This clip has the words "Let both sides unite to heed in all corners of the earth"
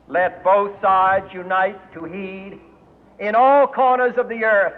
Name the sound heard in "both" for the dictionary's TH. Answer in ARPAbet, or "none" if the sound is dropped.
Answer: TH